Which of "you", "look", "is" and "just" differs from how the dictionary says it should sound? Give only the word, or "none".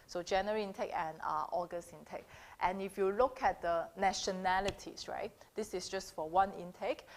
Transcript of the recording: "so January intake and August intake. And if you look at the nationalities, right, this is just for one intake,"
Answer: is